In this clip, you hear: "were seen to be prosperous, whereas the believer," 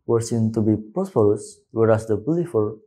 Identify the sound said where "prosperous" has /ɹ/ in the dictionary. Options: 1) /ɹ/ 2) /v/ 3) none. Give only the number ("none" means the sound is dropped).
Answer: 3